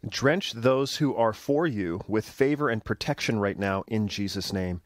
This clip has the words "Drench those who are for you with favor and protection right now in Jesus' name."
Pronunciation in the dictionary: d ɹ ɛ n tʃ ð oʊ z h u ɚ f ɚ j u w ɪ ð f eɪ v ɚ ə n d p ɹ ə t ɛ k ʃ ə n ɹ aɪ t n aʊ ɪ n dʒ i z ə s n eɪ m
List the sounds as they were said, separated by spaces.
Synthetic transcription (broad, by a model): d ɹ ɛ n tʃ ð oʊ z h u ɚ f ɚ j u w ɪ ð f eɪ v ɚ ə n p ɹ ə t ɛ k ʃ ə n ɹ aɪ t n aʊ ɪ n dʒ i z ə s n eɪ m